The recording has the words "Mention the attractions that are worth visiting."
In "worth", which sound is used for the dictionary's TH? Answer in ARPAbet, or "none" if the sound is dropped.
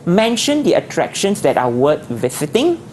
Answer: T